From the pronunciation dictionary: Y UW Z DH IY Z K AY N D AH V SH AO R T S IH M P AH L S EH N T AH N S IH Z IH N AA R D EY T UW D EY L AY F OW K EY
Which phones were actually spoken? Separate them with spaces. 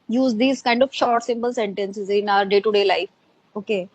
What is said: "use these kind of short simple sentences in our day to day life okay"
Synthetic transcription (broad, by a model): Y UW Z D IY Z K AY N D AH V SH AO R T S IH M P AH L S EH N T AH N S IH Z IH N AA R D EY T UW D EY L AY F OW K EY